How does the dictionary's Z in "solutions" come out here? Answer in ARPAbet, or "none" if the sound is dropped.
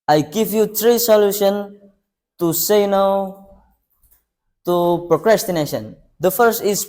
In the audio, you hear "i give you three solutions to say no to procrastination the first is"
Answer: none